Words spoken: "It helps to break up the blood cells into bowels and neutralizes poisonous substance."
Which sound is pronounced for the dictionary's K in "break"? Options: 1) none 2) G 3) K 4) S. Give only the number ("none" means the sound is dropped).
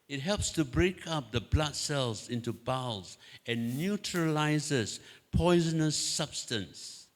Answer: 3